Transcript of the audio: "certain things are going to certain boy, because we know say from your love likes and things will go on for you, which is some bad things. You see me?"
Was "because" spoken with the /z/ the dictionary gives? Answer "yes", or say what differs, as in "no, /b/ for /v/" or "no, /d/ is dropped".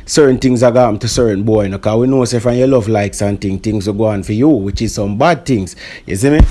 no, /z/ is dropped